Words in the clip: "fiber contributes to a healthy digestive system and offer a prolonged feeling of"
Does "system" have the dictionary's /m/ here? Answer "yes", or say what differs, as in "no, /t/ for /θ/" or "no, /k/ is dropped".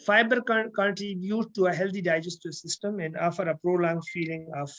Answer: yes